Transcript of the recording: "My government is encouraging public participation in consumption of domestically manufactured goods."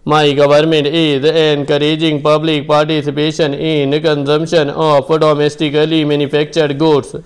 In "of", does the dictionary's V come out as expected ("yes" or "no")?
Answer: no